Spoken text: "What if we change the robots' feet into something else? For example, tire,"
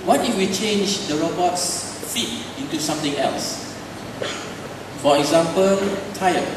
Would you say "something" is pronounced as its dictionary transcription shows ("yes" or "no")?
no